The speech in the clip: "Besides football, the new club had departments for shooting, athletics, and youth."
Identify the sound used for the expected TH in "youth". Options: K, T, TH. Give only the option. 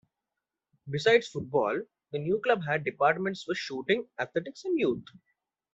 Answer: T